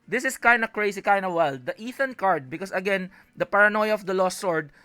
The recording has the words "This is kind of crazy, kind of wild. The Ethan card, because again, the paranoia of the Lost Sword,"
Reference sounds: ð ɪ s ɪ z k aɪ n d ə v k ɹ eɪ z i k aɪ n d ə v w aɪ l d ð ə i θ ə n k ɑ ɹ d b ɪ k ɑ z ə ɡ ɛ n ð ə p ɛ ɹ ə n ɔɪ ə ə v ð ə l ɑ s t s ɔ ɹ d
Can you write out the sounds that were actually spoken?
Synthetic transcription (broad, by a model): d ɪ s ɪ s k aɪ n d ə k ɹ eɪ s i k aɪ n d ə w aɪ l d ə i θ ə n k ɑ ɹ d b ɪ k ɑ s ə ɡ ɛ n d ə p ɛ ɹ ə n ɔɪ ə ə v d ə l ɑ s s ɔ ɹ d